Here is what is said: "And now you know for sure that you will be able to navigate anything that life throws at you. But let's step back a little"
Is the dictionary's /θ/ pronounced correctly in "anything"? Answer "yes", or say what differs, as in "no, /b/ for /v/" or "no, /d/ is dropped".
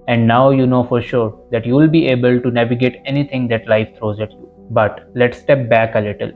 no, /t/ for /θ/